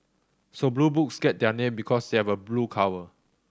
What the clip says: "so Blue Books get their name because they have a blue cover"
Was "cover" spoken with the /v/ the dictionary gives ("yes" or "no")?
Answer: no